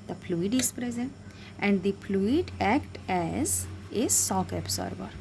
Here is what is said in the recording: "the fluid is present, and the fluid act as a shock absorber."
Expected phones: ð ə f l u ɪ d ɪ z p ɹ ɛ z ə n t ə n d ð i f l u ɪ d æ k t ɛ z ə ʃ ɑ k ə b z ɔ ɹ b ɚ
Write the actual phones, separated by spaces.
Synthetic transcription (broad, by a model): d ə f l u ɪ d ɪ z p ɹ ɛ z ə n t ə n d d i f l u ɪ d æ k t ɛ z ə s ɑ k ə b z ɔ ɹ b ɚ